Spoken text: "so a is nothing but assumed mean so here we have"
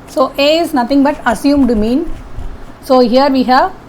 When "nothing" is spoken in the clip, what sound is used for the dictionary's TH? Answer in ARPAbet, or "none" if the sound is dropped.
T